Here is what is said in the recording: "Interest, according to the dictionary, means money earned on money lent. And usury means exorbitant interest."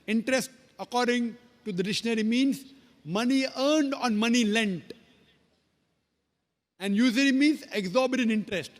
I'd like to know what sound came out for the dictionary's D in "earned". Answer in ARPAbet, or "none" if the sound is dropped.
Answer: D